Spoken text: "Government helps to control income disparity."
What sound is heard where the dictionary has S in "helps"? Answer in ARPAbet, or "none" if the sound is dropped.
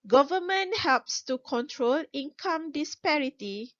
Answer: S